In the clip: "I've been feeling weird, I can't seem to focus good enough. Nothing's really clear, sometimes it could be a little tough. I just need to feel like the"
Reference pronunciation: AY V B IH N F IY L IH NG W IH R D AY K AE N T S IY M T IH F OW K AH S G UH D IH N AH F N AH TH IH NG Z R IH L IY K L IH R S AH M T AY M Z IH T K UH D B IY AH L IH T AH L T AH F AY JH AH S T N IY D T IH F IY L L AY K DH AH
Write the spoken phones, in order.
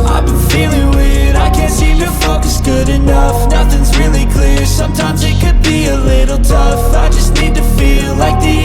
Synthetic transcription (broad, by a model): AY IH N F IY L IH NG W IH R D AY K AE N T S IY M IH F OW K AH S G UH D IH N AH F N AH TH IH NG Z R IH L IY K L IH R S AH M T AY M Z IH T K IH D B IY AH L IH T L T AH F AY JH AH S T N IY D T IH F IY L L AY K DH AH